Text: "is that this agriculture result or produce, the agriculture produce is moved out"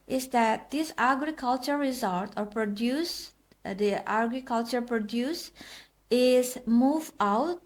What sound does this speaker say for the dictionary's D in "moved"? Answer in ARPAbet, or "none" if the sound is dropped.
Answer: none